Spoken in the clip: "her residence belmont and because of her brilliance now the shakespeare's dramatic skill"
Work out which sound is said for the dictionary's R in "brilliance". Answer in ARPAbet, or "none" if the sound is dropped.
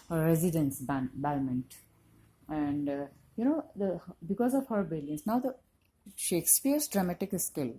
none